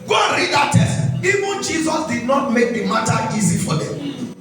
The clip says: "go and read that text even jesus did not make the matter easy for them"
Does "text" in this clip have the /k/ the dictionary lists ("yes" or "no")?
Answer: no